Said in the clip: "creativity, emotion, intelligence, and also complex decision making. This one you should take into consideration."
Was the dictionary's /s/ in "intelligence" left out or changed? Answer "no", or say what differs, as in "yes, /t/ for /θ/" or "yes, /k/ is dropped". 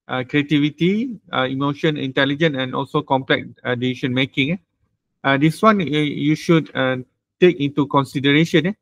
yes, /s/ is dropped